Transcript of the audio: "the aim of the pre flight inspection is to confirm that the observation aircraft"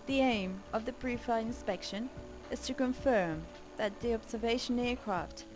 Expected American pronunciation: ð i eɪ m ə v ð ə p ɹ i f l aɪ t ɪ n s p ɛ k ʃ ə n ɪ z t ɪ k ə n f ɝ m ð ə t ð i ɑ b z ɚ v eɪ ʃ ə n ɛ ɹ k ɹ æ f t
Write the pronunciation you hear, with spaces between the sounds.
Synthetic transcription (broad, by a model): ð i eɪ m ə v ð ə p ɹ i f aɪ ɪ n s p ɛ k ʃ ə n ɪ z t ɪ k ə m f ɝ m ð ə t ð i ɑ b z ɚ v eɪ ʃ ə n ɛ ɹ k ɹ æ f t